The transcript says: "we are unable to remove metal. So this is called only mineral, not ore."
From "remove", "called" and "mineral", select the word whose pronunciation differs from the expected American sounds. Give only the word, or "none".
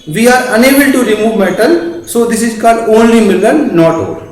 mineral